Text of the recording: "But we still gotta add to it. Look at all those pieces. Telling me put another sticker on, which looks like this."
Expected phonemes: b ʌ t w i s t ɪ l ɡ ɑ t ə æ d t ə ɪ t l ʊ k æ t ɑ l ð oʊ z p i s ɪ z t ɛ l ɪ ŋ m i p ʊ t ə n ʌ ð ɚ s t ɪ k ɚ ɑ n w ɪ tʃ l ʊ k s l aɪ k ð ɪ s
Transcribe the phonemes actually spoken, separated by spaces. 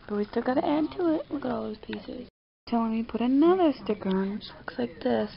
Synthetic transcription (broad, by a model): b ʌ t w i s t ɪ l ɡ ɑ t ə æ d t ə ɪ t w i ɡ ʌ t ɑ l ð oʊ z p i s ɪ z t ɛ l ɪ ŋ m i p ʊ t ə n ʌ ð ɚ s t ɪ k ɚ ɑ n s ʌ k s l aɪ k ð ɪ s